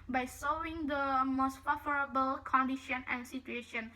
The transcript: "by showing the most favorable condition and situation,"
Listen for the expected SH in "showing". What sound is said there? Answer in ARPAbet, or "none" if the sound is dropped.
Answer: S